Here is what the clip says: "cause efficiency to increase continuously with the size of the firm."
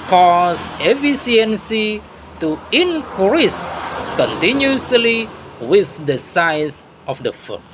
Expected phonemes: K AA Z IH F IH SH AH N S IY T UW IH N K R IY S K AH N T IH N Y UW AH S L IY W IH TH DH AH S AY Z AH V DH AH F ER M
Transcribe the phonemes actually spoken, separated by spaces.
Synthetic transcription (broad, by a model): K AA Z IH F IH S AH N S IY T UW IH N K R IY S K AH N T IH N Y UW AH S L IY W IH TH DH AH S AY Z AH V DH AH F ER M